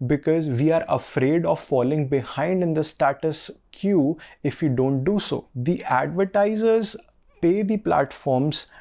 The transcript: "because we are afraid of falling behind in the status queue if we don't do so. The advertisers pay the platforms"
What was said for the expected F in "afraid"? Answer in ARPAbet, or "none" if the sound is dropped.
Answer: F